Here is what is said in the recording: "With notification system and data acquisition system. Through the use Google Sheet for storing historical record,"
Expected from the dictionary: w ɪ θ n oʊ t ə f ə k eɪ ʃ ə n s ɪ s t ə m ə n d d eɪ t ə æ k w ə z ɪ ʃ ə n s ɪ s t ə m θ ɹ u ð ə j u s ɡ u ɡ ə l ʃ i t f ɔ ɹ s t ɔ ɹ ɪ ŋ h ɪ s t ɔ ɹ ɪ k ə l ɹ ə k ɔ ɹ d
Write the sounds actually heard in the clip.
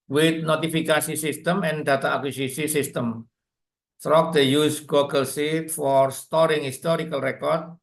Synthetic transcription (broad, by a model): w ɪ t n oʊ t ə f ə k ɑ s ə s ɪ s t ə m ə n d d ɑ t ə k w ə s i s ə s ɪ s t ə m t ɹ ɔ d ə j u s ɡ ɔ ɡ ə l s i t f ɔ ɹ s t ɔ ɹ ɪ ŋ h ɪ s t ɔ ɹ ɪ k ə l ɹ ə k ɔ ɹ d